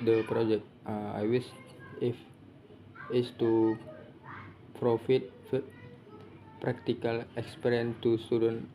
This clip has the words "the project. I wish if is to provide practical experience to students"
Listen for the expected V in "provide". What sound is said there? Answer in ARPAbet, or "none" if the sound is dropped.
F